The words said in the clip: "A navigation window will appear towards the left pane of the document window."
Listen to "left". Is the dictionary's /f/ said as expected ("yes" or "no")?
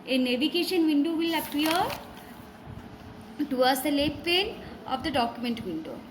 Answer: no